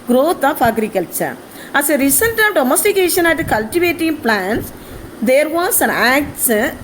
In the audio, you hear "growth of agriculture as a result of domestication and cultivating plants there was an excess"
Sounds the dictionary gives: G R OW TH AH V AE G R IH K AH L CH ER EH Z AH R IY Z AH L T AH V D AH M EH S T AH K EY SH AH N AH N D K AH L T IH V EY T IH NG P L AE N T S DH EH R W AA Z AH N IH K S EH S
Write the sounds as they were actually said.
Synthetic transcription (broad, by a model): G R OW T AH F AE G R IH K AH L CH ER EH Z AH R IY S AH N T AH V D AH M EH S T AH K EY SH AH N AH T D K AH L T IH V EY T IH NG P L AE N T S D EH R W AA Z AH N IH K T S